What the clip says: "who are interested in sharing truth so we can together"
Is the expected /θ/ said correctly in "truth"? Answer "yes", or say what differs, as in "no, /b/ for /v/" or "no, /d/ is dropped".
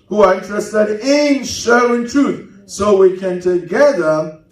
yes